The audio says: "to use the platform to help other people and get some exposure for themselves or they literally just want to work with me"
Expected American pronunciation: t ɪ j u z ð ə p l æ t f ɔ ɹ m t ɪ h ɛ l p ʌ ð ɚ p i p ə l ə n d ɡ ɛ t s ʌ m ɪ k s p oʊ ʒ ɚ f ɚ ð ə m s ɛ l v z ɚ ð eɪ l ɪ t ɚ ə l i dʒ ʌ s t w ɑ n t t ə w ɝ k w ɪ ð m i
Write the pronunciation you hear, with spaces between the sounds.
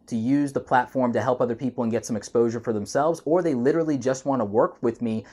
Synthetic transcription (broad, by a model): t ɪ j u z ð ə p l æ t f ɔ ɹ m t ɪ h ɛ l p ʌ ð ɚ p i p l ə n ɡ ɛ t s ʌ m ɪ k s p oʊ ʒ ɚ f ɚ ð ə m s ɛ l v z ɚ ð eɪ l ɪ t ɚ l i dʒ ʌ s t w ɑ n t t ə w ɝ k w ɪ ð m i